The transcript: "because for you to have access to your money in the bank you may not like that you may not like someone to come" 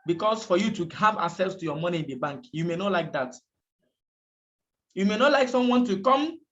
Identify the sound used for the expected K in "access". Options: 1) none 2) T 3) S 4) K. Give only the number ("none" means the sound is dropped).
1